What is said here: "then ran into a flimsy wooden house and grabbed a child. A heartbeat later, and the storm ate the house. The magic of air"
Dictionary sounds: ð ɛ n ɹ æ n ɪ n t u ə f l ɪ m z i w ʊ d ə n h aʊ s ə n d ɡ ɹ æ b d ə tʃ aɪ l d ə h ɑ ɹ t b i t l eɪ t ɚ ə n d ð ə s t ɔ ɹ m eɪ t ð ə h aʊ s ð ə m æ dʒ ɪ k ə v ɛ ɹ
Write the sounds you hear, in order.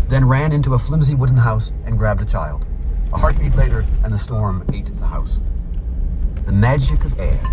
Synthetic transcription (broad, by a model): ð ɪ n ɹ æ n ɪ n t u ə f l ɪ m z i w ʊ d n h aʊ s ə n ɡ ɹ æ b d ə tʃ aɪ l d ə h ɑ ɹ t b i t l eɪ t ɚ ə n ð ə s t ɔ ɹ m eɪ t ð ə h aʊ s ð ə m æ dʒ ɪ k ə v ɛ ɹ